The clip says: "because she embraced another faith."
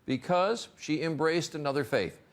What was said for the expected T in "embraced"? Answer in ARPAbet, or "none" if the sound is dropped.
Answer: T